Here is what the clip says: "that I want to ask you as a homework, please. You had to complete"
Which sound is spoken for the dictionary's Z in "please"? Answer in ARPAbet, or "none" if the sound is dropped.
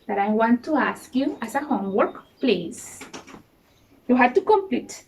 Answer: S